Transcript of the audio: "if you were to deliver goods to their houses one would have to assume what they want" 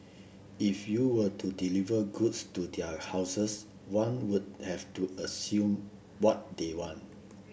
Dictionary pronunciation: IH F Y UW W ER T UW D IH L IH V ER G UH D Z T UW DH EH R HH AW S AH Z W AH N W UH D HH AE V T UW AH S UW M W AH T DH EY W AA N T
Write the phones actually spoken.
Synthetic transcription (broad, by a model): IH F Y UW W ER T UW D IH L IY V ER G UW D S T UW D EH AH HH AW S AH S W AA N W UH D HH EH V T UW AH S UW M W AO T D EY W AA N T